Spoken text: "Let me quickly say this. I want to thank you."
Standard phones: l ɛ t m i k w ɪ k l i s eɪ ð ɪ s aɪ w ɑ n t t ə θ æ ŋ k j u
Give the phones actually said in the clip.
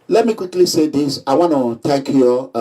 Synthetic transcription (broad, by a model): l ɛ t m i k w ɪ k l i s eɪ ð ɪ s aɪ w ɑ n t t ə t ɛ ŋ k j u